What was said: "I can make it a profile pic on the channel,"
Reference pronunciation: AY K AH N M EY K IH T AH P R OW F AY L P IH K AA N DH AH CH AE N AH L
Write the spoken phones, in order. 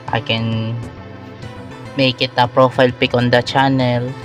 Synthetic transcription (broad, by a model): AY K AH N M EY K IH T AH P R OW F AY L P IH K AA N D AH CH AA N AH L